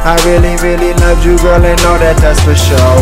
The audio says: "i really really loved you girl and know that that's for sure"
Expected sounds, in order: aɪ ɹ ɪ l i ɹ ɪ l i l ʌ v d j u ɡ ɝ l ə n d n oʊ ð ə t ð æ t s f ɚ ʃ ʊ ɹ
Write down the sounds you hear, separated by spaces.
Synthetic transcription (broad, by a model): aɪ ɹ ɪ l i ɹ ɪ l i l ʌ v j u ɡ ɝ l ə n n oʊ ð ə t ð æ t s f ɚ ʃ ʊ